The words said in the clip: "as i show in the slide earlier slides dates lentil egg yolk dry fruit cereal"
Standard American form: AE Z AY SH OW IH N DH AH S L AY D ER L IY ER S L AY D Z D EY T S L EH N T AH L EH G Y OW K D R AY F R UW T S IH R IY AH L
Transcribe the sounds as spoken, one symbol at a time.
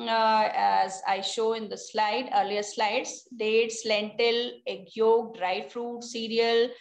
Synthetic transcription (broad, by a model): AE Z AY SH OW IH N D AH S L AY D ER L IY ER S L AY D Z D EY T S L EH N T AH L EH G Y OW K D R AY F R UW T S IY R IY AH L